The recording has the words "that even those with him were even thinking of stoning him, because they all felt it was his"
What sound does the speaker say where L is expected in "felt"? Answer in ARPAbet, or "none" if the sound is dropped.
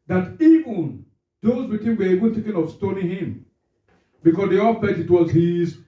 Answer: none